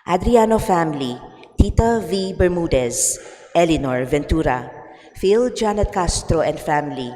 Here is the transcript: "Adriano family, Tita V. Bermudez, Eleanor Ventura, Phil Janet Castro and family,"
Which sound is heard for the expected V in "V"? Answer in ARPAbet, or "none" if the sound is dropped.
V